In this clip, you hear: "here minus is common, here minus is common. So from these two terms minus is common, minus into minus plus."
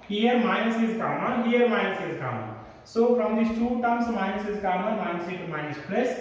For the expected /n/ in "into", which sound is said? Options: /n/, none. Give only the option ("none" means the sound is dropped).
none